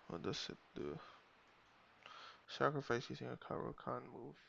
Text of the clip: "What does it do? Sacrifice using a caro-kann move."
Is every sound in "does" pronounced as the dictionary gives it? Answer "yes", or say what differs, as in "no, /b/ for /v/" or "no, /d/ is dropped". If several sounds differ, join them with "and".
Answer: no, /s/ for /z/